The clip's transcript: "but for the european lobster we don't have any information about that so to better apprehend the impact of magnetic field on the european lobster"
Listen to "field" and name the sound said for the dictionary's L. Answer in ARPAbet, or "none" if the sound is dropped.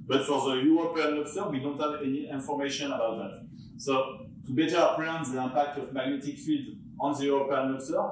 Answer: L